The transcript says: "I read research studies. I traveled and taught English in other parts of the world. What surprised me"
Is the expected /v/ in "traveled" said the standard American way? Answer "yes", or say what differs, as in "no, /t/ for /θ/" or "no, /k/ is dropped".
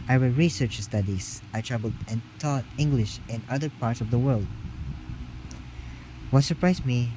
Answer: no, /b/ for /v/